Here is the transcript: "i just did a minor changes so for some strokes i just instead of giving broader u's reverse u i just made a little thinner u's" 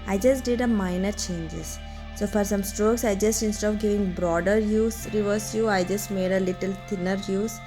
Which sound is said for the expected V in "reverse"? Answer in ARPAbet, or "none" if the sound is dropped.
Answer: V